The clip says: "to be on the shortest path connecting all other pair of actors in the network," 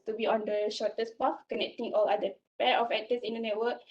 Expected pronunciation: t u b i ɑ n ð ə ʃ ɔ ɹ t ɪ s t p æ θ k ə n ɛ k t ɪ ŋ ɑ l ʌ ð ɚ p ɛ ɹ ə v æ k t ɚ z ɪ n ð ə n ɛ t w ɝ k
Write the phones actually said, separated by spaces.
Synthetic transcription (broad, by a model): t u b i ɑ n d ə ʃ ɔ t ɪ s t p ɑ f k ə n ɛ k t ɪ ŋ ɑ l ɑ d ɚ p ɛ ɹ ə f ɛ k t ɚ s ɪ n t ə n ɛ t w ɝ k